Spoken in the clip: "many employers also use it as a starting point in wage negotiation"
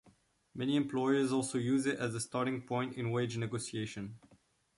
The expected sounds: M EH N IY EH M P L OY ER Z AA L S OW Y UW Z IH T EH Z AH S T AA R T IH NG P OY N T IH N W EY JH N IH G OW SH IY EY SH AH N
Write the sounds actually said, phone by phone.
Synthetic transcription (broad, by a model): M EH N IY EH M P L OY ER Z AA L S OW Y UW Z IH T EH Z AH S T AA R T IH NG P OY N T IH N W EY JH N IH G OW S IY EY SH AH N